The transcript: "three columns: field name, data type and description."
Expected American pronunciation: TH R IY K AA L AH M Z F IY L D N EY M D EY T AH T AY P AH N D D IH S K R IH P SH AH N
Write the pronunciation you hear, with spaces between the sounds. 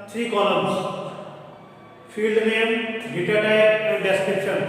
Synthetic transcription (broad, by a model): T R IY K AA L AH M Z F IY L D N EY M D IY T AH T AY AH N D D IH S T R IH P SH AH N